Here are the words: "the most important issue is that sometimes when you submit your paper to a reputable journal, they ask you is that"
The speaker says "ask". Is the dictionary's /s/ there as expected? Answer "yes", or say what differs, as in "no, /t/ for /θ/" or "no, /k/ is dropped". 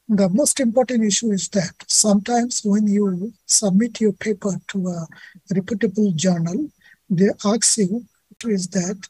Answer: no, /s/ is dropped